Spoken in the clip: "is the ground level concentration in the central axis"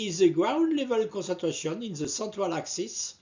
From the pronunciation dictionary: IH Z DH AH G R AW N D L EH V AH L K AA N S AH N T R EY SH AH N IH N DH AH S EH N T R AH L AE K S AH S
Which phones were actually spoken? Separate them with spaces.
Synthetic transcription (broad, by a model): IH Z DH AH G R AW N D L EH V AH L K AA S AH T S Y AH N IH N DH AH S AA T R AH L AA K S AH S